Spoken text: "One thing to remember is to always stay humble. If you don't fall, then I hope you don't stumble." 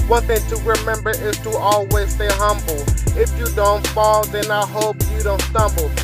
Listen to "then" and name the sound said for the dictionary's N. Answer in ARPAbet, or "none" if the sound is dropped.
N